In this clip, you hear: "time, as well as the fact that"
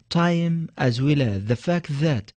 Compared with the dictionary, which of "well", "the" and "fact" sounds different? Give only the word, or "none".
none